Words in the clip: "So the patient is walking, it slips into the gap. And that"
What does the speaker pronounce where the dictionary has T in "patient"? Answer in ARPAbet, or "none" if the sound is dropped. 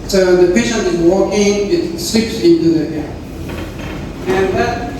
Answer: none